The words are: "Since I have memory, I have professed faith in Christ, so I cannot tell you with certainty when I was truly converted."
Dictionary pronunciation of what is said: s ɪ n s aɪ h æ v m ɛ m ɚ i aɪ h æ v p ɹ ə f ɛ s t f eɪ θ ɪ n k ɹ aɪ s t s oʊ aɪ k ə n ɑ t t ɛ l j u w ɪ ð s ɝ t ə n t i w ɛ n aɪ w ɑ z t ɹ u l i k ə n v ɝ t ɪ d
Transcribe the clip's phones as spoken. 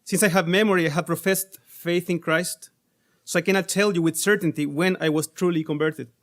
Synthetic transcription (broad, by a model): s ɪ n s aɪ h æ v m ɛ m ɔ i aɪ h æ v p ɹ ə f ɛ s t f eɪ θ ɪ n k ɹ aɪ s t s oʊ aɪ k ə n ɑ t t ɛ l j u w ɪ ð s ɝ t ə n t i w ɛ n aɪ w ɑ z t ɹ u l i k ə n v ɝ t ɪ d